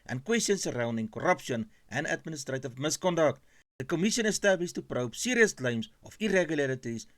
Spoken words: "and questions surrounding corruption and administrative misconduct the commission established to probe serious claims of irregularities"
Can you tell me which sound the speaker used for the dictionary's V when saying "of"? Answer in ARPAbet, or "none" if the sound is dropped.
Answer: F